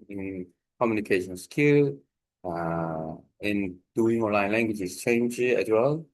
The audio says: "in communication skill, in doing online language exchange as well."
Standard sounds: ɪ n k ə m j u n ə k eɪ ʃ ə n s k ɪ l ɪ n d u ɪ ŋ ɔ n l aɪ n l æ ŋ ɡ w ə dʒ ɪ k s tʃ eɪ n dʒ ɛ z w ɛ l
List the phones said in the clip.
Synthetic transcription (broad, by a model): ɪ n k ə m j u n ə k eɪ ʃ ə n s k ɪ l ɪ n d u ɪ ŋ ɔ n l aɪ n l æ ŋ ɡ w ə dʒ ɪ s tʃ eɪ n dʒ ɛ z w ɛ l